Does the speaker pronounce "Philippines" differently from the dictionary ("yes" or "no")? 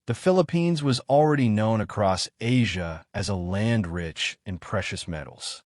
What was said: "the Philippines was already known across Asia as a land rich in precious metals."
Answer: no